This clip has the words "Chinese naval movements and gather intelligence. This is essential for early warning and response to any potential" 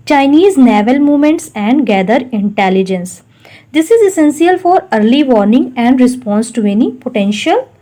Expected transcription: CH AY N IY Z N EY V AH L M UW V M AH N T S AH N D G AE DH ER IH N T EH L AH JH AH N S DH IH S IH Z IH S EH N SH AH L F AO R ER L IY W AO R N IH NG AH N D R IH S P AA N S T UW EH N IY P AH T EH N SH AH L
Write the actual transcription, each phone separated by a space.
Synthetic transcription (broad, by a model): CH AY N IY Z N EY V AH L M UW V M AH N T S AH N D G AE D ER IH N T EH L AH JH AH N S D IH S IH Z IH S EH N S AH L F AO R ER L IY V AO R N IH NG AH N D R IH S P AA N S T UW EH N IY P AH T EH N SH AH L